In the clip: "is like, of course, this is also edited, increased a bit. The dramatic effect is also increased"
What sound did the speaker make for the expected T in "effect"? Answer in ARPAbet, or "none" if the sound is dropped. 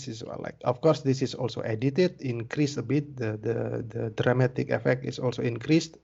T